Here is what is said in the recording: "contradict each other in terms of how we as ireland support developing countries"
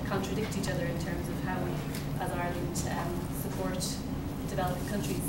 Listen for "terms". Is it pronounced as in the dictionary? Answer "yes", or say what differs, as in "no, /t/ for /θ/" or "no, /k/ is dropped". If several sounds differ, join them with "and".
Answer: yes